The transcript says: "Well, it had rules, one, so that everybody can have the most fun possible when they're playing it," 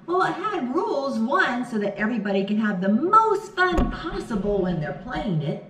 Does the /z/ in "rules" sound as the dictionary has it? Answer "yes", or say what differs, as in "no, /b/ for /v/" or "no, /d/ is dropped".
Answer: yes